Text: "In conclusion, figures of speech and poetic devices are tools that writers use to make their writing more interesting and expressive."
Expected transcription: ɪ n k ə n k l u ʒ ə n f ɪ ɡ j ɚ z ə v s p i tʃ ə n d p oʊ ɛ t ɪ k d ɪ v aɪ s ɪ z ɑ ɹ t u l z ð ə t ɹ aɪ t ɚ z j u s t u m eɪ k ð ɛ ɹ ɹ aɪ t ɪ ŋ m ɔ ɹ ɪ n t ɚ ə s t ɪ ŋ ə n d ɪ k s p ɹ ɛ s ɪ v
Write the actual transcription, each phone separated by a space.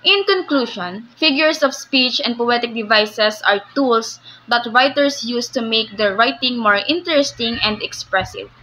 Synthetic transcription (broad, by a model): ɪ n k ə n k l u ʃ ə n f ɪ ɡ j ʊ s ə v s p i tʃ ə n d p oʊ ɛ t ɪ k d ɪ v aɪ s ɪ s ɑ ɹ t u l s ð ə t ɹ aɪ t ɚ s j u s t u m eɪ k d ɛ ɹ ɹ aɪ t ɪ ŋ m ɔ ɹ ɪ n t ɚ ə s t ɪ ŋ ə n d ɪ k s p ɹ ɛ s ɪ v